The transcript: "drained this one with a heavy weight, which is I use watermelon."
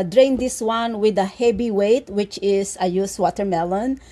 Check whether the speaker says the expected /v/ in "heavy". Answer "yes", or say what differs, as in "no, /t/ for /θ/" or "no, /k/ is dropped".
no, /b/ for /v/